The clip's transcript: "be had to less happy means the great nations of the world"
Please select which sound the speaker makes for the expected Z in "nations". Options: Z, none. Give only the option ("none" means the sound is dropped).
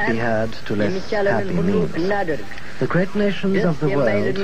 Z